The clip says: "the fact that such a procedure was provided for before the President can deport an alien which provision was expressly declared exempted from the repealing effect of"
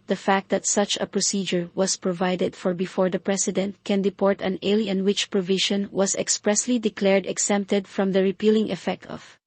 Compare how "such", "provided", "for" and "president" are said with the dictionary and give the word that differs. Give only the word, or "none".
president